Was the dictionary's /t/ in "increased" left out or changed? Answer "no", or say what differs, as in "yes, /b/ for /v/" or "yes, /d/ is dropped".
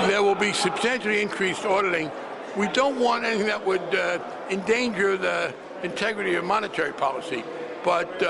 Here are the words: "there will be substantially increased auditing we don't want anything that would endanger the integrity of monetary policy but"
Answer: no